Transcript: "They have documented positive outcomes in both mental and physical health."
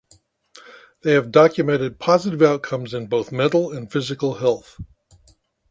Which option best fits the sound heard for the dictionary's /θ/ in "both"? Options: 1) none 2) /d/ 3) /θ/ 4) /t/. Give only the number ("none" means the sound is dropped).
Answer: 3